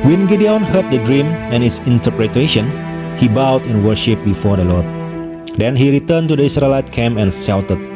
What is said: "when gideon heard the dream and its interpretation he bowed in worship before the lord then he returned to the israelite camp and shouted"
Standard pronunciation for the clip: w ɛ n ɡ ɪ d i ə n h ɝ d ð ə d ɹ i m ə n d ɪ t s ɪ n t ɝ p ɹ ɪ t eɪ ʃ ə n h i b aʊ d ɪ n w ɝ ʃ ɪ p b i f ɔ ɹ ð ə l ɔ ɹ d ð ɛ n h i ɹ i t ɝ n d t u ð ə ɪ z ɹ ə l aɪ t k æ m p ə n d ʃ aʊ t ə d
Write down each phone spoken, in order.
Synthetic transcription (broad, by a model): w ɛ n ɡ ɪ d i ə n h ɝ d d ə d ɹ i m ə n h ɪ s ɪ n t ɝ p ɹ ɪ t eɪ ʃ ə n h i b aʊ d ɪ n w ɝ ʃ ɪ p b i f ɔ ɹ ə l ɔ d d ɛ n h i ɹ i t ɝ n t u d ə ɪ s ɹ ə l aɪ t k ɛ m ə n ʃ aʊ t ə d